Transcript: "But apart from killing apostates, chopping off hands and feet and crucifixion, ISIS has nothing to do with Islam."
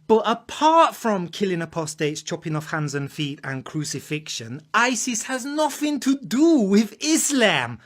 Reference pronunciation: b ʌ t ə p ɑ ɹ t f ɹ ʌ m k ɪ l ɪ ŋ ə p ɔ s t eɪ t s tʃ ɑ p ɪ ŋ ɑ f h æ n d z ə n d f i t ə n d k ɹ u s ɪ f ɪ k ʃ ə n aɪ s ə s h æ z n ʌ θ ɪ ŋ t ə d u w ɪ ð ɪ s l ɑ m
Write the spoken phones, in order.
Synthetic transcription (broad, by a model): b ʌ t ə p ɑ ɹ t f ɹ ʌ m k ɪ l ɪ ŋ ə p ɔ s t eɪ t s tʃ ɑ p ɪ ŋ ɑ f h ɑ n d z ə n f i t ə n k ɹ u s ɪ f ɪ k ʃ ə n aɪ s ə s h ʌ z n ʌ θ ɪ ŋ t ə d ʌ w ɪ ð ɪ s l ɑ m